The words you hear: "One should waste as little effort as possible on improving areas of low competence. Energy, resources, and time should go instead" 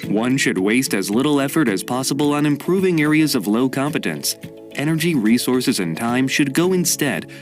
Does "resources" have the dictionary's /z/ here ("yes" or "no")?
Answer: yes